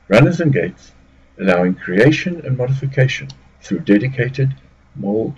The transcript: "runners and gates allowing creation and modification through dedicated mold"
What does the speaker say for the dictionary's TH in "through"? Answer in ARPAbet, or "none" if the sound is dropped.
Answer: TH